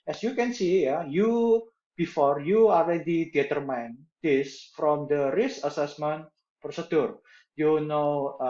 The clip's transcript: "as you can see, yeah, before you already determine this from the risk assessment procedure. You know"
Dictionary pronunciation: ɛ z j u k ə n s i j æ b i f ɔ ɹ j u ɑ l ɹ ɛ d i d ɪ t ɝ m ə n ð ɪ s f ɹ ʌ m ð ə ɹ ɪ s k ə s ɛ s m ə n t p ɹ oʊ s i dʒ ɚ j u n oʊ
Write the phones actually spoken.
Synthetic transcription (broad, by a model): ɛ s j u k ə n s i j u b i f ɔ ɹ j u ɑ l ɹ ɛ d i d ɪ t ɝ m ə n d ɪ s f ɹ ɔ m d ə ɹ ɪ s ə s ɛ s m ə n t p ɹ oʊ s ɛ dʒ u j u n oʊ